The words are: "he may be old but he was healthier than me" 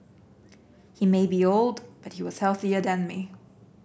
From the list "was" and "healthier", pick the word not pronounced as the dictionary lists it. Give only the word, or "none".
none